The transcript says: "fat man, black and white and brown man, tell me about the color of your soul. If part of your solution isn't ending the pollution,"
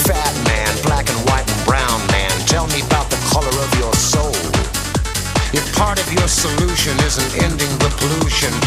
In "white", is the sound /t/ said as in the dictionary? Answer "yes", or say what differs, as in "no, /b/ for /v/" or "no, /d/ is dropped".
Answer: yes